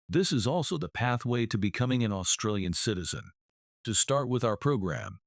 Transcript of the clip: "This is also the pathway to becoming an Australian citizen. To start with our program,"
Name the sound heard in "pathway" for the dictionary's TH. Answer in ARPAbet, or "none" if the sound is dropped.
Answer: TH